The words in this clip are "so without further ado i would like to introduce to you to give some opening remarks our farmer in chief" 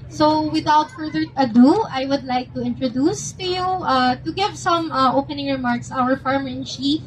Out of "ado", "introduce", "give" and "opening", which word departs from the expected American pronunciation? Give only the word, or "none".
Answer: none